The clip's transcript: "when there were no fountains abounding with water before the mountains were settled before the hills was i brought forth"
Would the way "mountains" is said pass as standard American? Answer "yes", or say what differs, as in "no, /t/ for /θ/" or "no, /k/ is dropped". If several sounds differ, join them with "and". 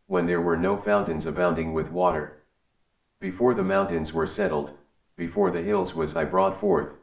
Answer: yes